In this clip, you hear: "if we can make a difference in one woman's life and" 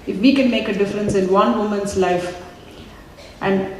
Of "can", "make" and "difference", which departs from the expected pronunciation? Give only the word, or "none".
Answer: none